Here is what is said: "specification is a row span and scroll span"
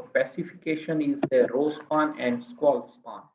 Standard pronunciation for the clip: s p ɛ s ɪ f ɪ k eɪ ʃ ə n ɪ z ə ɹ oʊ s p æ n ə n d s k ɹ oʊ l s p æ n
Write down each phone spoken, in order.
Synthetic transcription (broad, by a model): p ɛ s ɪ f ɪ k eɪ ʃ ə n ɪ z ə ɹ oʊ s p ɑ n ə n d s k w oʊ l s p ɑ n